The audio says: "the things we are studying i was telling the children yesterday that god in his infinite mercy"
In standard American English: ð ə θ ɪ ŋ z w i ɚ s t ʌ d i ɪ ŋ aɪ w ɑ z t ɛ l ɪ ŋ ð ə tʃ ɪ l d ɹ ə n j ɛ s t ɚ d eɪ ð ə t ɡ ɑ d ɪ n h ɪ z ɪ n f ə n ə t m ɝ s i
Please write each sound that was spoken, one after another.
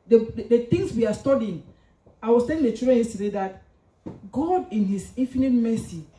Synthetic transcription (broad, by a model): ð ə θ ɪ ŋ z w i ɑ s t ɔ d i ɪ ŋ aɪ w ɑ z t ɛ l ɪ ŋ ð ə tʃ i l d ɹ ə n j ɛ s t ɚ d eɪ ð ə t ɡ ɑ d ɪ n h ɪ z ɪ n f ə n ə t m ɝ s i